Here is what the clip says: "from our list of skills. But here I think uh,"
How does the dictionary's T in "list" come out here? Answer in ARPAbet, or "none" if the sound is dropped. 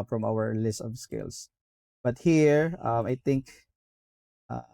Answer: T